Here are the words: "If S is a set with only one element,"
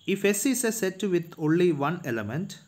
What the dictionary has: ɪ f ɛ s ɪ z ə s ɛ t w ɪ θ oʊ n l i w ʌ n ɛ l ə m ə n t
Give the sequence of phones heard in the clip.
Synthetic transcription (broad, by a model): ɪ f ɛ s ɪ s ə s ɛ t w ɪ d oʊ n l i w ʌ n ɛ l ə m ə n t